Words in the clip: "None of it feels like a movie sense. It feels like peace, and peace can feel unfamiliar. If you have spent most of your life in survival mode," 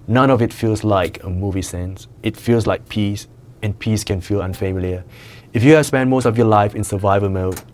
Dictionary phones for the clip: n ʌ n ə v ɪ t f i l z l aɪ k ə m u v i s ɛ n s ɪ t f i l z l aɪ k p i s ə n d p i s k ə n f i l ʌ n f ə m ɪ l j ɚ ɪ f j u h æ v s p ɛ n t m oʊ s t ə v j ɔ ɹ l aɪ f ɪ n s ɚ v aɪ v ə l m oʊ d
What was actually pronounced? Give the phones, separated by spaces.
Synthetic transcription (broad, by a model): n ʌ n ə v ɪ t f i l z l aɪ k ə m u v i s ɛ n s ɪ t f i l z l aɪ k p i s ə n p i s k ə n f i l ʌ n f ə m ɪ l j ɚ ɪ f j u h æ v s p ɛ n m oʊ s t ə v j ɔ l aɪ f ɪ n s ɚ v aɪ v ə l m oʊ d